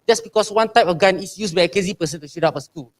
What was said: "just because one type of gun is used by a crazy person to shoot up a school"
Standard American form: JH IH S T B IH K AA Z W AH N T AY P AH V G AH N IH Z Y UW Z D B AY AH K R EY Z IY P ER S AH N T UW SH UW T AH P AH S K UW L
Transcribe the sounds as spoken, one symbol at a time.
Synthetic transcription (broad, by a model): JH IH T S B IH K AA S W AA N T AY P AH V G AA N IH S Y UW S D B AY AH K EY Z IY P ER S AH N T UW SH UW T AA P AH S K UW L